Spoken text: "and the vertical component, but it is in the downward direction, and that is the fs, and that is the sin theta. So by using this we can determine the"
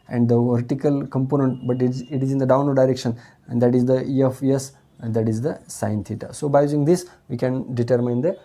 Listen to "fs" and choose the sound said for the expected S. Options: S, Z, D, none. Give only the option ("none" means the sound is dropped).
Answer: none